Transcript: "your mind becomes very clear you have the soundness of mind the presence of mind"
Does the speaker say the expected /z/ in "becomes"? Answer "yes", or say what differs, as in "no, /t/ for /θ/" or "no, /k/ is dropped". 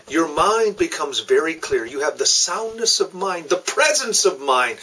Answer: yes